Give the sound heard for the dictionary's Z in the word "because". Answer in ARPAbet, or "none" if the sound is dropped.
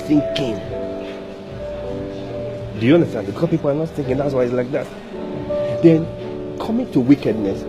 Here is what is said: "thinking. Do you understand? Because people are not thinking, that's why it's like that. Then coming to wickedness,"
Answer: none